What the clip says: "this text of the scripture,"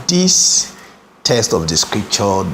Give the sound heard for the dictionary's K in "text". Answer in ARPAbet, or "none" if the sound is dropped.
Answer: none